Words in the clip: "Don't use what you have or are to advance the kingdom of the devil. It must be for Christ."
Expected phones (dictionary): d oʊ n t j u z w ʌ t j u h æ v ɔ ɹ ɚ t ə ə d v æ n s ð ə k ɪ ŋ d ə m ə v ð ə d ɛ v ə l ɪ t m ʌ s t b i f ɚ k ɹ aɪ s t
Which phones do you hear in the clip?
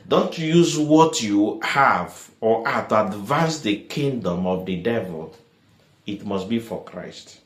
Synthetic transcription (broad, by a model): d oʊ n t j u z w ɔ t j u h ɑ v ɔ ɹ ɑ t ə d v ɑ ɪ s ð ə k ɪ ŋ d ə m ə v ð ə d ɛ v ə l ɪ t m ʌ s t b i f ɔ k ɹ aɪ s t